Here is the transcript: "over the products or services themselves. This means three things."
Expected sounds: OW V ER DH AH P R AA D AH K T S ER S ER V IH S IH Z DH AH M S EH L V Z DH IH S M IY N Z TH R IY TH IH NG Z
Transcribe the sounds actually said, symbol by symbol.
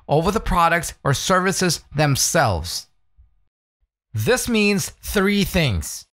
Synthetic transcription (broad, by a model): OW V ER DH AH P R AA D AH K T S ER S ER V IH S IH Z DH AH M S EH L V Z DH IH S M IY N Z TH R IY TH IH NG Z